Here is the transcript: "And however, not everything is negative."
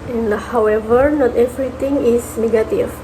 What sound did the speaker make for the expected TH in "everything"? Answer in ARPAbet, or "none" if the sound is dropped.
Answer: T